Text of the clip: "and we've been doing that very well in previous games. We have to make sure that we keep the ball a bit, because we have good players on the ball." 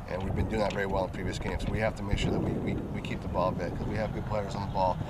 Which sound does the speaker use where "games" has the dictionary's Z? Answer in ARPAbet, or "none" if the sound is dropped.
S